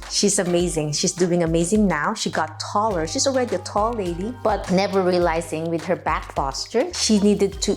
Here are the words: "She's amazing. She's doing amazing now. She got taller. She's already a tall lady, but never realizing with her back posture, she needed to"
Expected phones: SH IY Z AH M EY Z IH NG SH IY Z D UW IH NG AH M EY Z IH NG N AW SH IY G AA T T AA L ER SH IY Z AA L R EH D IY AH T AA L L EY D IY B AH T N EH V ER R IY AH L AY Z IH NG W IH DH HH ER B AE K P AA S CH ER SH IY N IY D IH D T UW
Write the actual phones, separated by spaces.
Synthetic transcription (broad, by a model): SH IY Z AH M EY Z IH NG SH IY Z D UW IH NG AH M EY Z IH NG N AW SH IY G AA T T AA L ER SH IY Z AA L R EH D IY AH T AA L L EY D IY B AH T N EH V ER R IY AH L AY Z IH NG W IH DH HH ER B AE K F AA S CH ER SH IY N IY D IH D T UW